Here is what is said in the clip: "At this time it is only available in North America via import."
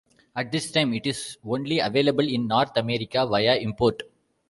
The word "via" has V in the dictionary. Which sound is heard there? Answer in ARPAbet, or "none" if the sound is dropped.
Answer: V